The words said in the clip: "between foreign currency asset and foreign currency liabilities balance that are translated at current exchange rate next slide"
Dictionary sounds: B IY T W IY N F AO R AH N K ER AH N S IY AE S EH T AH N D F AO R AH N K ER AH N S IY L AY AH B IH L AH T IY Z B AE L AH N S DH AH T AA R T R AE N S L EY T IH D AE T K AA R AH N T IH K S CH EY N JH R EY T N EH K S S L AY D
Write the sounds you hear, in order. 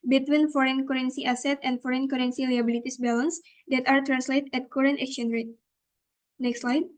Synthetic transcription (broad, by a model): B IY T W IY N F AO R AH N K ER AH N S IY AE S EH T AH N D F AO R AH N K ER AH N S IY L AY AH B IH L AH T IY S B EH L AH N S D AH T AA R T R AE N S L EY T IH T K AA R AH N T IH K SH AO N R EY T N EH K S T L AY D